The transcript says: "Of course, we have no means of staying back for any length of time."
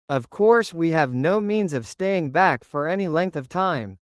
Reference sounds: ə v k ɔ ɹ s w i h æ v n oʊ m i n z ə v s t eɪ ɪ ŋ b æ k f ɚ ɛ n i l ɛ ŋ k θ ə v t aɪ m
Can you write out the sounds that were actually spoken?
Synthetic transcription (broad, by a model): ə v k ɔ ɹ s w i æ v n oʊ m i n z ə v s t eɪ ɪ ŋ b æ k f ɚ ɛ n i l ɛ ŋ k θ ə v t aɪ m